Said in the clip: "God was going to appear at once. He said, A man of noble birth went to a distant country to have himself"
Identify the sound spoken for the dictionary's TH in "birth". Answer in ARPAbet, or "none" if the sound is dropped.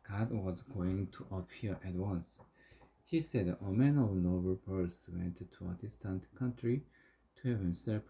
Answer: S